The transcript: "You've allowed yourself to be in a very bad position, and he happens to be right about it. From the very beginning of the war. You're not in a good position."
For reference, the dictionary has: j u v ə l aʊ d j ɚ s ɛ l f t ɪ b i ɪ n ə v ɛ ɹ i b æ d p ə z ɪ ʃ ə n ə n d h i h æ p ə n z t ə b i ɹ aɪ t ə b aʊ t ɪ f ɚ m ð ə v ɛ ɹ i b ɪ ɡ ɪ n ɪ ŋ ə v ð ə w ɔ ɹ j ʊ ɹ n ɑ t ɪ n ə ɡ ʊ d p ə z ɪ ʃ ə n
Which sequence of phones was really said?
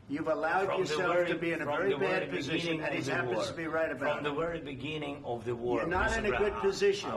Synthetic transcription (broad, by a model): j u v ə l aʊ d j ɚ s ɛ l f t ɪ b i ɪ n ə v ɛ ɹ i b æ d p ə z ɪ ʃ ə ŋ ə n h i h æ ə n t ə b i ɹ aɪ t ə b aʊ ɪ ð ə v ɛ ɹ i b ɪ ɡ ɪ n ɪ ŋ ə v ð ə w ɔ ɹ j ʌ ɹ n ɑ t ɪ n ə ɡ ʊ d p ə z ɪ ʃ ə n